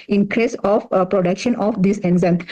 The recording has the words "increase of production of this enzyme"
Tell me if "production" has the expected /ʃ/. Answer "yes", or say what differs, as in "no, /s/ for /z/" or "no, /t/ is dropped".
yes